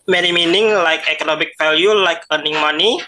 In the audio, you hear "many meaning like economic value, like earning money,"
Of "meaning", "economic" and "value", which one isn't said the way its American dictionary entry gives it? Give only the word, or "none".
value